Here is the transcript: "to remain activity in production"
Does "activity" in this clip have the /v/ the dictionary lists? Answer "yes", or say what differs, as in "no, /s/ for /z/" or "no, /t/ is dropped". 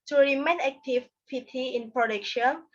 no, /p/ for /v/